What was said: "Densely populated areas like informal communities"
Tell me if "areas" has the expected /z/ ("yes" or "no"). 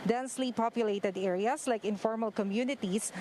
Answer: no